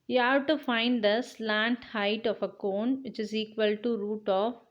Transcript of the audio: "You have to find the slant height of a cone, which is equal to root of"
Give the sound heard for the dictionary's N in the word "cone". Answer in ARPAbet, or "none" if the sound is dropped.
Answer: N